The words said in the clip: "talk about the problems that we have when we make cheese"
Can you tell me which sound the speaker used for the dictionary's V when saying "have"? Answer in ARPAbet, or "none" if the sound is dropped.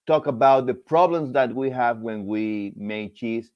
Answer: V